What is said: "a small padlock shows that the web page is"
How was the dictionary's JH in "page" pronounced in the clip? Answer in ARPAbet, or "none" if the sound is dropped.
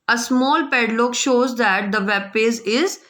Z